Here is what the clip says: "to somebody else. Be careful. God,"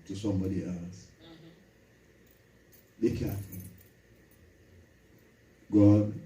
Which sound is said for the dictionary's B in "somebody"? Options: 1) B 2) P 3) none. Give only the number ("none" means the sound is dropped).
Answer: 1